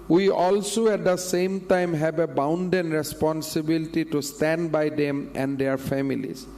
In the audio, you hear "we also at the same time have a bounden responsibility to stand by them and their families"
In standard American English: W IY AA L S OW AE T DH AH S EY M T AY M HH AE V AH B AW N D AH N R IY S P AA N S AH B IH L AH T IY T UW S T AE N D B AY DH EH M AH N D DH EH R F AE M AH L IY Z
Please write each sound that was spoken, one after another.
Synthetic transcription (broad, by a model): W IY AA L S OW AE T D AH S EY M T AY M HH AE B AH B AW N D AH N R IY S P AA N S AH B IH L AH T IY T UW S T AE N D B AY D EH M AH N D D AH R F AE M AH L IY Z